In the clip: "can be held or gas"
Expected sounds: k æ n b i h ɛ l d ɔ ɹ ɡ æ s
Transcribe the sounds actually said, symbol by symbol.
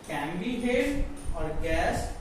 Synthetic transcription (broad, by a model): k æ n b i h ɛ d ɔ ɹ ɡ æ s